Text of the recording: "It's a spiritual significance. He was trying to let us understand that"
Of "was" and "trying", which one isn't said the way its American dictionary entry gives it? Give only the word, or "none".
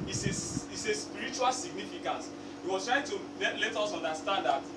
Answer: was